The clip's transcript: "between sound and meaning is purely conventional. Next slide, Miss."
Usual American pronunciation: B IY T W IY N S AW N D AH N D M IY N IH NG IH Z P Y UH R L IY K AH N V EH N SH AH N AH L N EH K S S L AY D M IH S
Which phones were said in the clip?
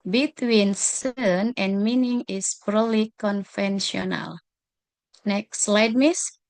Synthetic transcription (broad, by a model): B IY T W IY N S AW N AH N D M IY N IH NG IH S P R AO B L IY K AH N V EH N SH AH N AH L N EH K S S L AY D M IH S